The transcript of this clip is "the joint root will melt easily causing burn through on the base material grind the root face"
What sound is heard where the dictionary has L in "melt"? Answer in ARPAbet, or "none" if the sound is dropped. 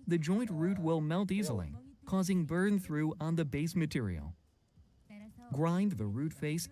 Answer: L